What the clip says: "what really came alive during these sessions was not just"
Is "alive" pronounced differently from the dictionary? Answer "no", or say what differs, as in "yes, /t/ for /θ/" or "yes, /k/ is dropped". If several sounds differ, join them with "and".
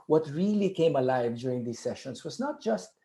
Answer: no